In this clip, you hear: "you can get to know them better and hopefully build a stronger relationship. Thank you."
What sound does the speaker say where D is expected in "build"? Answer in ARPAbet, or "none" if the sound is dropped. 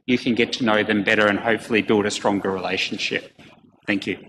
D